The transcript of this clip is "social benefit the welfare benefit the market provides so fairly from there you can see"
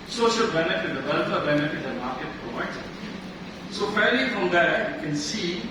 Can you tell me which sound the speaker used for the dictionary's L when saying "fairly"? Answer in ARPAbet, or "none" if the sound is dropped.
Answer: none